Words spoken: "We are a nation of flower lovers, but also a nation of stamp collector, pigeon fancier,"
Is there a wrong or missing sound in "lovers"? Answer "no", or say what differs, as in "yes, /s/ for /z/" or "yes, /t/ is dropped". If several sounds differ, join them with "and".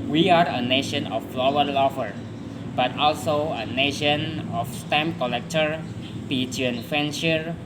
yes, /z/ is dropped